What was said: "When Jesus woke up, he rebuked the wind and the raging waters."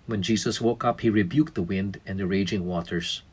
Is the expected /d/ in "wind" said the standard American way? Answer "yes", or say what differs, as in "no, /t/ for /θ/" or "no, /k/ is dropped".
yes